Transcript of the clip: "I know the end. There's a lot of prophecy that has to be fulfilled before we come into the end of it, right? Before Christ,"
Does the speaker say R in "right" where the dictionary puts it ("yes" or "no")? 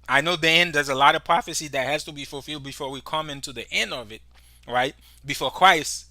yes